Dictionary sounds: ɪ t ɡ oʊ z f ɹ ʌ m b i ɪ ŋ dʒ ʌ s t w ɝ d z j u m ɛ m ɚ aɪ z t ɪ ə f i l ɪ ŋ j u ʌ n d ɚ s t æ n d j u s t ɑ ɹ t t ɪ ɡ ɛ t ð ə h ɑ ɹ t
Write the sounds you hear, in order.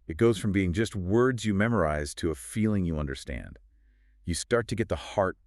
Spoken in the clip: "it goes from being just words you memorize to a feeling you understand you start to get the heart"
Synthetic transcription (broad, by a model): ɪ t ɡ oʊ z f ɹ ʌ m b i ɪ ŋ dʒ ʌ s t w ɝ d z j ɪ m ɛ m ɚ aɪ z t ɪ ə f i l ɪ ŋ j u ʌ n d ɚ s t æ n d j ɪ s t ɑ ɹ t t ɪ ɡ ɛ t ð ə h ɑ ɹ t